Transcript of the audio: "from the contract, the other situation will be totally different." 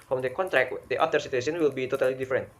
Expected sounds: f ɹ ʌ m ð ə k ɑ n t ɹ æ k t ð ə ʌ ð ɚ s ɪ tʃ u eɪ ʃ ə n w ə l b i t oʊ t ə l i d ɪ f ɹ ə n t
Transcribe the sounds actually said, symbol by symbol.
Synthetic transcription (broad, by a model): f ɹ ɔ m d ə k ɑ n t ɹ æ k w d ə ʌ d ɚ s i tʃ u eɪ s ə n w ə l b i t oʊ t ə l i d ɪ f ɹ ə n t